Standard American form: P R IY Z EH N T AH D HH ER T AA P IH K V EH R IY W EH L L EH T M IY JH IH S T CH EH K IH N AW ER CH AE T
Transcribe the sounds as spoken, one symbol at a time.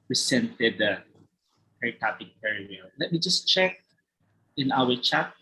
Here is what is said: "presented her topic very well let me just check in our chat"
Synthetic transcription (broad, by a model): P R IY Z EH N T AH D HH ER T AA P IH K P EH R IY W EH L L EH T M IY JH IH S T CH EH K IH N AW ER CH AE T